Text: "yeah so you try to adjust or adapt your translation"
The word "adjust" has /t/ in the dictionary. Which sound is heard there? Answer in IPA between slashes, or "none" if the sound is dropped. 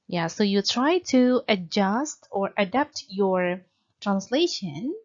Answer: /t/